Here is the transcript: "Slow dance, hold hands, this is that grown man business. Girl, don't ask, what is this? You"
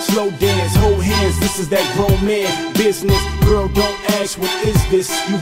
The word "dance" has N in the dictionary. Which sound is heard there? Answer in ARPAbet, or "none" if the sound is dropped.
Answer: none